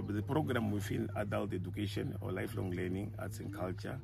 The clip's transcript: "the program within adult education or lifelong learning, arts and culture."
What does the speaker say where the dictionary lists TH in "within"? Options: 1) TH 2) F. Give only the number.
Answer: 2